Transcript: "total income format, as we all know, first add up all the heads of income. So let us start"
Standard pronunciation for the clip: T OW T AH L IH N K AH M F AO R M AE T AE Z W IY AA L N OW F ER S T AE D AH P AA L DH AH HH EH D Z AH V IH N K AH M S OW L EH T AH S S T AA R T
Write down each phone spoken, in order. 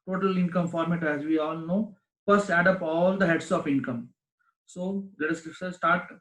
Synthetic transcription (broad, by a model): T OW T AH L IH N K AH M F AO R M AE T AE Z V IY AA L N OW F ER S AE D AH P AA L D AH HH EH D S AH F IH N K AH M S OW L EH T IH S S T AA R T